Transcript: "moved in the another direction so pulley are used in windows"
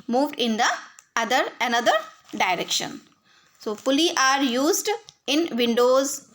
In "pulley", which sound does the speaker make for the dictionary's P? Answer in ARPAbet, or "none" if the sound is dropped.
F